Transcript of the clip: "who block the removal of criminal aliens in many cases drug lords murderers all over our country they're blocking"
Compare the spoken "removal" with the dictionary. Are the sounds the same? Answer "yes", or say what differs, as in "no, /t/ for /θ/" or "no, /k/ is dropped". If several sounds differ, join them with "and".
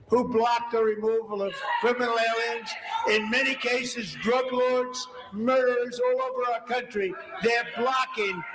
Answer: yes